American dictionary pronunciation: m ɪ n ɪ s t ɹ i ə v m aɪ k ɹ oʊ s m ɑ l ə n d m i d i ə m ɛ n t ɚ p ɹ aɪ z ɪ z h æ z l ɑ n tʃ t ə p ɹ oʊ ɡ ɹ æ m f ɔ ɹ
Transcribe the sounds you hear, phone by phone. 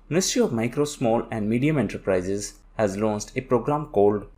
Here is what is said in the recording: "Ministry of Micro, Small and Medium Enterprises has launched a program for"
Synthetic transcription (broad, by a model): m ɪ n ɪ s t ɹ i ə v m aɪ k ɹ oʊ s m ɑ l ə n d m i d i ə m ɛ n t ɚ p ɹ aɪ z ɪ z h æ z l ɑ n s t ə p ɹ oʊ ɡ ɹ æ m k ɔ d